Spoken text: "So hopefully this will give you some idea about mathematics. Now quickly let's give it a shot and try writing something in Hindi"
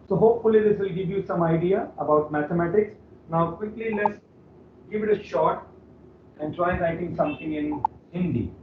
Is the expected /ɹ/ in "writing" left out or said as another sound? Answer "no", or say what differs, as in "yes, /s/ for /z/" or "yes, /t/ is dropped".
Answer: yes, /l/ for /ɹ/